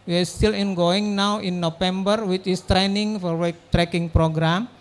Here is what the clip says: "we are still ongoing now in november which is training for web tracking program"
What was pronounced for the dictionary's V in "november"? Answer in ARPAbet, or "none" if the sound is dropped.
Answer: F